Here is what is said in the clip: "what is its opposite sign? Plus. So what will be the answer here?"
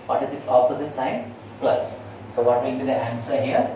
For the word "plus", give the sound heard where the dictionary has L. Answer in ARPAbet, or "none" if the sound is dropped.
L